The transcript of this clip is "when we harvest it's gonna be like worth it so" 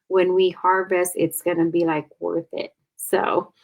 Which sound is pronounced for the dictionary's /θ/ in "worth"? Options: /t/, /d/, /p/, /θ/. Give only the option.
/θ/